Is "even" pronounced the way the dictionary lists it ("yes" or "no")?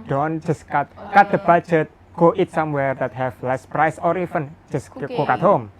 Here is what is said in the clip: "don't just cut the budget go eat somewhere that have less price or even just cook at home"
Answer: no